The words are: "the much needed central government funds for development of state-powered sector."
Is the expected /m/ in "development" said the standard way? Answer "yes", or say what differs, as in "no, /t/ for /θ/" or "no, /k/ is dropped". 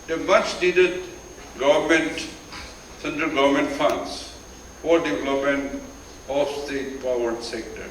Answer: yes